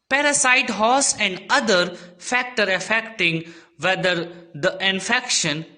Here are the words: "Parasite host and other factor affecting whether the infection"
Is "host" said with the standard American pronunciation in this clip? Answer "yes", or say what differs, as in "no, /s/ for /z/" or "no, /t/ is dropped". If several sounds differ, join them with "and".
no, /t/ is dropped